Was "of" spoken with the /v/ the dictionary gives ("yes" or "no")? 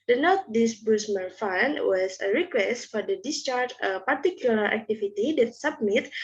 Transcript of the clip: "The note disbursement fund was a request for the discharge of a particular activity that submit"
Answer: no